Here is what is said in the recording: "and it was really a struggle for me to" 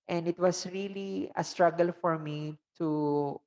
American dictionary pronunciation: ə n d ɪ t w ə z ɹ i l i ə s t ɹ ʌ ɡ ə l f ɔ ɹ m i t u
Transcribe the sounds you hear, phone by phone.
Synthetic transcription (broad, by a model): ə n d ɪ t w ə s ɹ i l i ə s t ɹ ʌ ɡ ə l f ɔ ɹ m i t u